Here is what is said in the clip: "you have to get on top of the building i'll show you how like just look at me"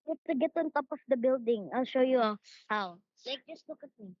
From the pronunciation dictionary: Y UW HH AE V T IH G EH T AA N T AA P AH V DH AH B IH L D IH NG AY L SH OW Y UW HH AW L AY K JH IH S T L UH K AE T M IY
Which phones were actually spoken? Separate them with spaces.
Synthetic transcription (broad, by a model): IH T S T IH G EH T AA N T AA P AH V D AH B IH L D IH NG AY L SH OW Y UW HH AW L AY K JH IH S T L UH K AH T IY